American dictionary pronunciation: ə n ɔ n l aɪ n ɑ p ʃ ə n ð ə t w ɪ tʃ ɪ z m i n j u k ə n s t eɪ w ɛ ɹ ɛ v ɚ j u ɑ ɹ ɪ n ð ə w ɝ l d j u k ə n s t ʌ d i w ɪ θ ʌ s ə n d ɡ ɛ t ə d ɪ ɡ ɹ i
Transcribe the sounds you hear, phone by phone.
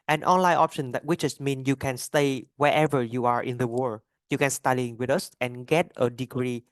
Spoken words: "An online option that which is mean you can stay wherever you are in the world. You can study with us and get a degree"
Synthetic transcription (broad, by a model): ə n ɔ n l aɪ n ɑ p ʃ ə n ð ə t w ɪ tʃ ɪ s m i n j u k ə n s t eɪ w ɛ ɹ ɛ v ɚ j u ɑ ɹ ɪ n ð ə w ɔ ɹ j u k ə n s t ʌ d i w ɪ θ ʌ s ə n ɡ ɛ t ə d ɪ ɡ ɹ i